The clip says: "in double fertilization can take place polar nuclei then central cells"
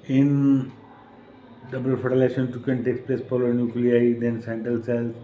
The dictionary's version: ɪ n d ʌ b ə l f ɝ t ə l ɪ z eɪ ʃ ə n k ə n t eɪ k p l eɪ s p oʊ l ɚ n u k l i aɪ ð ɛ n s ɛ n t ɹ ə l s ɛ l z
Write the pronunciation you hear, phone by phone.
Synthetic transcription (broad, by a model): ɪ n d ʌ b ə l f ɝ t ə l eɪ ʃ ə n k ə n t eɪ k p l eɪ s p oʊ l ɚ n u k l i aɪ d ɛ n s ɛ n t ə l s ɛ l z